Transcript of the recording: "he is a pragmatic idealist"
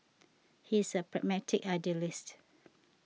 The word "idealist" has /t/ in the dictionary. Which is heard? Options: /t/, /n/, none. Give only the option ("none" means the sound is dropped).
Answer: /t/